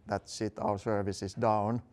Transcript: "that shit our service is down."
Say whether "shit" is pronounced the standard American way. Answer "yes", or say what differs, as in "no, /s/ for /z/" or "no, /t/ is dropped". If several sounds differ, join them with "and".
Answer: no, /s/ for /ʃ/